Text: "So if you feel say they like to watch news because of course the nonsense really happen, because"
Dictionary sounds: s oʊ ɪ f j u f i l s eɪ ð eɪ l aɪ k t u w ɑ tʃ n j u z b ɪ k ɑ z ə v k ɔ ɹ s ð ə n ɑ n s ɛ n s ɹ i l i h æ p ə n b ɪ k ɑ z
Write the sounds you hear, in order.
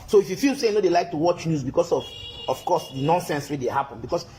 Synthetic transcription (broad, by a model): s oʊ ɪ f j u f i l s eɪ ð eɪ l aɪ k t u w ɑ tʃ n j u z b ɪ k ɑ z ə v k ɔ s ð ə n ɑ n s ɛ n s w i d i h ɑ p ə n b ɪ k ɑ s